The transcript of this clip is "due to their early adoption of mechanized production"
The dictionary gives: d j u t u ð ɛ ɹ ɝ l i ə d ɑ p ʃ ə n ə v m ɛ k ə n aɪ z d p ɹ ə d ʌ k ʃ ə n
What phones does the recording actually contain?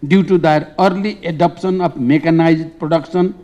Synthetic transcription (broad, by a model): d j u t u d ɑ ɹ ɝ l i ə d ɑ p s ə n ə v m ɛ k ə n aɪ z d p ɹ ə d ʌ k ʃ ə n